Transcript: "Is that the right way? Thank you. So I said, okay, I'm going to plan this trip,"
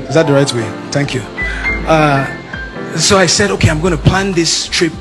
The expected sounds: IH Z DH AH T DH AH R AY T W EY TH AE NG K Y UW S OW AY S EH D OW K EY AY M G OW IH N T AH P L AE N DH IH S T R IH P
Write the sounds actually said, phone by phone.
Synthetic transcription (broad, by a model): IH Z DH AH T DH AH R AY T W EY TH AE NG K Y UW S OW AY S EH D OW K EY AY M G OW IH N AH P L AE N DH IH S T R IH P